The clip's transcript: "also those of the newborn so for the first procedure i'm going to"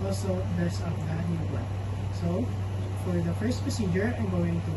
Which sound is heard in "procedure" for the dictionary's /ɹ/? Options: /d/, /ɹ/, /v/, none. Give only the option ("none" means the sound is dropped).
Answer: none